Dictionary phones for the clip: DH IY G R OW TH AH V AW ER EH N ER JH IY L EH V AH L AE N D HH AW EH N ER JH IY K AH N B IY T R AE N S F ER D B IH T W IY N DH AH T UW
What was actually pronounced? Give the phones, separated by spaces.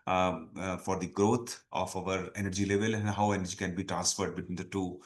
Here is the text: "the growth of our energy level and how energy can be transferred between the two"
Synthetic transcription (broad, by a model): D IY G R OW T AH F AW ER EH N ER JH IY L EH V AH L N HH AW EH N ER JH IY K AH N B IY T R AE N S F ER D B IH T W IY N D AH T UW